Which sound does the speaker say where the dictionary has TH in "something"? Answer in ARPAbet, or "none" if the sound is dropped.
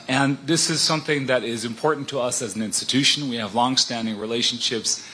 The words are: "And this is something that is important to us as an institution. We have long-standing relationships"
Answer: TH